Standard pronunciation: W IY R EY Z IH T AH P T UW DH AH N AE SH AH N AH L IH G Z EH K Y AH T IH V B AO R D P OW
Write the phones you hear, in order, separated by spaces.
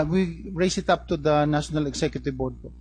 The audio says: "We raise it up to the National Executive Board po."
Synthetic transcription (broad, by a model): W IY R EY S IH T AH P T UW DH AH N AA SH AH N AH L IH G S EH K Y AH T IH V B AO R D P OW